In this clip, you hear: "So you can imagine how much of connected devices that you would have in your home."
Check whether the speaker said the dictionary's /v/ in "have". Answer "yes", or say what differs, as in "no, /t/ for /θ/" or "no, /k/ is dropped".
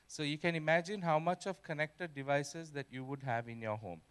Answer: yes